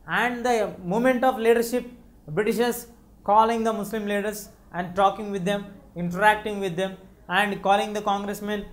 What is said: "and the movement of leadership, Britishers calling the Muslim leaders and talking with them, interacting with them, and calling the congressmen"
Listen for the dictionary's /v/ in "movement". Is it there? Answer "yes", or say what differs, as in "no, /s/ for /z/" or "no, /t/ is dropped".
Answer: no, /v/ is dropped